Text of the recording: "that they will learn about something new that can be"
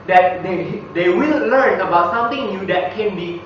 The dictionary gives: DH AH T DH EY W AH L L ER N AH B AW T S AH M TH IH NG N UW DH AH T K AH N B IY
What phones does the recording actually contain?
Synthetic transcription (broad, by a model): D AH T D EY W AH L L ER N AH B AW T S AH M T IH NG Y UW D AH T K AH N B IY